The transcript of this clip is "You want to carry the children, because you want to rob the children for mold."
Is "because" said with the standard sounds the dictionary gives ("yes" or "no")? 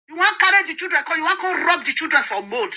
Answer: no